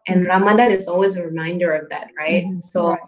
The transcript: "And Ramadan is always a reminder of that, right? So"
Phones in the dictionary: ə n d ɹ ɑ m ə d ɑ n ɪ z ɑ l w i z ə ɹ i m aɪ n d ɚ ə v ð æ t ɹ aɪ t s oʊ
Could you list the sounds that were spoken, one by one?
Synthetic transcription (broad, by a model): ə n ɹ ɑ m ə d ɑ ɪ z ɑ l w i z ə ɹ i m aɪ n d ɚ ə v ð æ t ɹ aɪ t s oʊ